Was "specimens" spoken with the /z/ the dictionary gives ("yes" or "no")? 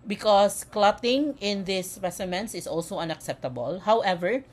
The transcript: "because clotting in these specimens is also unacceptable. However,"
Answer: no